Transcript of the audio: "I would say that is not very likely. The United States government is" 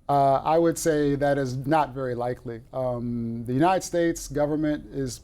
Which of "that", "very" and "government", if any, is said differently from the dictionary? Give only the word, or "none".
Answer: none